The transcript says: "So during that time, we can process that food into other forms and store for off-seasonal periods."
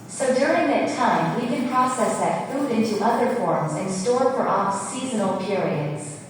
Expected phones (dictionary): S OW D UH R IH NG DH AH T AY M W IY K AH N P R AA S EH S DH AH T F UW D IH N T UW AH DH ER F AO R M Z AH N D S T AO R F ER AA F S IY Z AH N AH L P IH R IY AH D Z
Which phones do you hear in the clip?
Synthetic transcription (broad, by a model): S OW D UH R IH NG DH AH T AY M W IY K AH N P R AA S EH S DH AH T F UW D IH N T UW AH DH ER F AO R M Z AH N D S T AO R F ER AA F S IY Z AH N L P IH R IY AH D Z